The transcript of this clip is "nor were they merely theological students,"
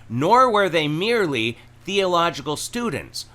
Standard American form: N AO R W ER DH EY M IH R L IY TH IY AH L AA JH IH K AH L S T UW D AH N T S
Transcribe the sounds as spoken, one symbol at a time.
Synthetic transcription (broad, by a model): N AO R W ER DH EY M IH R L IY TH IY AH L AA JH IH K AH L S T UW D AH N T S